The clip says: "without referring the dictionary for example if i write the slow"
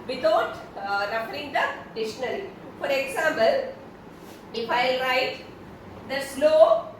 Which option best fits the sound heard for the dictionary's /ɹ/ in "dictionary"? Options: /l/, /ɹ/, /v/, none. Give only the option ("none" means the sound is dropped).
/l/